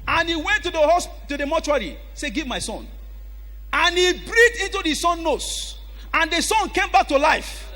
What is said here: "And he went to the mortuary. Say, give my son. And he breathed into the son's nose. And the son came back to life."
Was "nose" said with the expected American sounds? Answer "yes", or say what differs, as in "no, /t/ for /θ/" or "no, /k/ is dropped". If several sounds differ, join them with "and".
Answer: no, /s/ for /z/